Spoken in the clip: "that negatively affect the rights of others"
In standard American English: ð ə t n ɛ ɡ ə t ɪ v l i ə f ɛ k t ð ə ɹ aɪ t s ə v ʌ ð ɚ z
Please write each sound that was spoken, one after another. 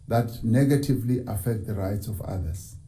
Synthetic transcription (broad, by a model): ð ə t n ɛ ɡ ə t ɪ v l i ə f ɛ k t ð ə ɹ aɪ t s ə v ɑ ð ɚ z